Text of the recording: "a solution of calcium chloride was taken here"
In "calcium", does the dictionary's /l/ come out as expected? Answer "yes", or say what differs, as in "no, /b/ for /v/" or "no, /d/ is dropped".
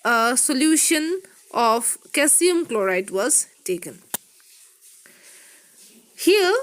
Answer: no, /l/ is dropped